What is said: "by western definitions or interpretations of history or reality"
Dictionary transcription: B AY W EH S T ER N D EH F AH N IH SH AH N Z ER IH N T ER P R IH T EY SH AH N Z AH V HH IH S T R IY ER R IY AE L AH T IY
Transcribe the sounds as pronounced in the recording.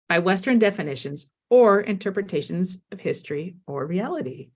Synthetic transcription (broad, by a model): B AY W EH S T ER N D EH F AH N IH SH AH N Z ER IH N T ER P R IH T EY SH AH N Z AH V HH IH S T R IY ER R IY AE L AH T IY